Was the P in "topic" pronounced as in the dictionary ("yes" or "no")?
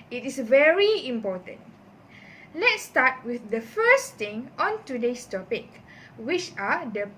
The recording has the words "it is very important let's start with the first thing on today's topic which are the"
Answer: yes